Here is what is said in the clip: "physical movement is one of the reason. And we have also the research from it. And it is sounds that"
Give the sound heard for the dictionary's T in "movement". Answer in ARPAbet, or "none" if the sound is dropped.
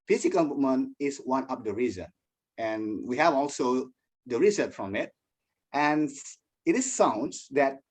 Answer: none